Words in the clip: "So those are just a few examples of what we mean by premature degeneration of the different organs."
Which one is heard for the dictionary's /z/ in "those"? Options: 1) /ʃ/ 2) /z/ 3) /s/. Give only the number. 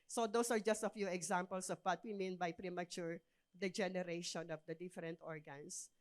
3